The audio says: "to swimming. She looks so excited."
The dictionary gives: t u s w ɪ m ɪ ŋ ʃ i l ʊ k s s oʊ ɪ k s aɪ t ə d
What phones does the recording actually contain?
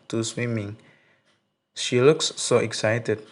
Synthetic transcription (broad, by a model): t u s w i m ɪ ŋ ʃ i l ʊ k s s oʊ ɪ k s aɪ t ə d